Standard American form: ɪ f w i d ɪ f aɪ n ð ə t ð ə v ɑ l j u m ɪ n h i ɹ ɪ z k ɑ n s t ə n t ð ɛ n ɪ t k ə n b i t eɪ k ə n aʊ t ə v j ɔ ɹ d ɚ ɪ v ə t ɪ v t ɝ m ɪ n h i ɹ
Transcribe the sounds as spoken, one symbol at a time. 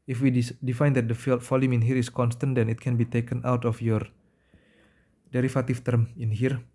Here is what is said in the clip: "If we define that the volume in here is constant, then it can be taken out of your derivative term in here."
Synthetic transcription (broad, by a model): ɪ f w i d ɪ f aɪ n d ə t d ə f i l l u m ɪ n h i ɹ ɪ s k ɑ n s t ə n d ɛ n ɪ t k ə n b i t eɪ k ə n aʊ t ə f j ɔ ɹ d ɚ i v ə t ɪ f t ɝ m ɪ n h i ɹ